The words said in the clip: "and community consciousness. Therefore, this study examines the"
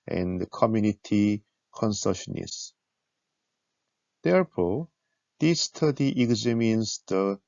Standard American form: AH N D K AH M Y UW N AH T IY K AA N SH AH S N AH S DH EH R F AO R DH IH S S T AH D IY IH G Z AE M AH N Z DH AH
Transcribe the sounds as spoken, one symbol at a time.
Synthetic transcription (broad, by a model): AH N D K AH M Y UW N AH T IY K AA N S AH SH N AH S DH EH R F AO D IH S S T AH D IY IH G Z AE M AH N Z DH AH